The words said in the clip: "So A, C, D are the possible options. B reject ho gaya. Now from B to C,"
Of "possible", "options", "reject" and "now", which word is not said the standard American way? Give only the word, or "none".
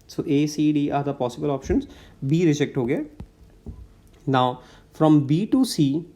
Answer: none